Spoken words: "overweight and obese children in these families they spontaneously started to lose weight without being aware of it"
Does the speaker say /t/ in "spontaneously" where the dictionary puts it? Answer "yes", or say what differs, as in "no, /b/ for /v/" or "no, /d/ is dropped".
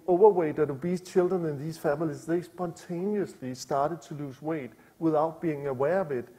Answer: no, /s/ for /t/